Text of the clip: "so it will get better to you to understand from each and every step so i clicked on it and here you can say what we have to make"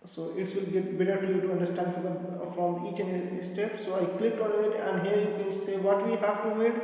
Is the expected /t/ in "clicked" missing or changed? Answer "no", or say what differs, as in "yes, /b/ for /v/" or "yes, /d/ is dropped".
yes, /t/ is dropped